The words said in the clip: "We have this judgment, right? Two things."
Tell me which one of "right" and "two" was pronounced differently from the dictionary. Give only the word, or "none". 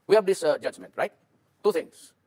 none